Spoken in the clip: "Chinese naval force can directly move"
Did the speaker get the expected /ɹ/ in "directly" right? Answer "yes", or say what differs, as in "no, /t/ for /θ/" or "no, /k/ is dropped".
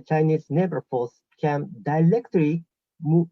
no, /l/ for /ɹ/